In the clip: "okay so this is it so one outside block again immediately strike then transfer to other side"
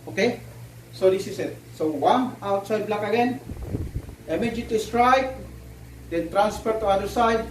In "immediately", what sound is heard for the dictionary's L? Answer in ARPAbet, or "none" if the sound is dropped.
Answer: none